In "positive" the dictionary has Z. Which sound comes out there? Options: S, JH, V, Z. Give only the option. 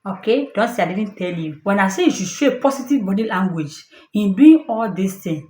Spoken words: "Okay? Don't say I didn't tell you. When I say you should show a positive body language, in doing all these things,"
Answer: S